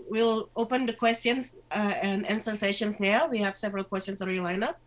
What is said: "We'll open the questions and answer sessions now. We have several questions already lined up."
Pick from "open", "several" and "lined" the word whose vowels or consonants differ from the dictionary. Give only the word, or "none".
lined